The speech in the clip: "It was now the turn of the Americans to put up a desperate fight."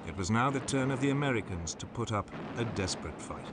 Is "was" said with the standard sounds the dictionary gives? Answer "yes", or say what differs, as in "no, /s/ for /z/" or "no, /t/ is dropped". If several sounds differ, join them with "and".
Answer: yes